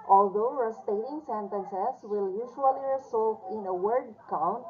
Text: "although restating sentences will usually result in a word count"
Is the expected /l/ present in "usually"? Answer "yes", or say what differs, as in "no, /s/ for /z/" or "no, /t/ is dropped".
no, /l/ is dropped